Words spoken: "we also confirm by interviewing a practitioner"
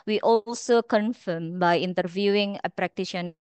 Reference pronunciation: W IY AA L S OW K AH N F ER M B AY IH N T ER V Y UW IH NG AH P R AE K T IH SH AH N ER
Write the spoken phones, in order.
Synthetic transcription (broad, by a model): W IY AA L S OW K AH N F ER M B AY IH N T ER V Y UW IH NG AH P R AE K T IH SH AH N